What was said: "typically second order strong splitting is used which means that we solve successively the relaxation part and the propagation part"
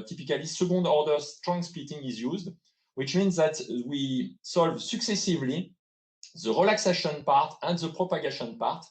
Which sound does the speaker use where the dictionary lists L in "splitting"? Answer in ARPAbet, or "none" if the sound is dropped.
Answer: none